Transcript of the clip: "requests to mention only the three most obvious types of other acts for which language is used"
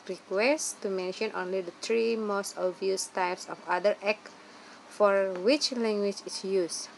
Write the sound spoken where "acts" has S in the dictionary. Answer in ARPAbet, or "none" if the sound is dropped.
none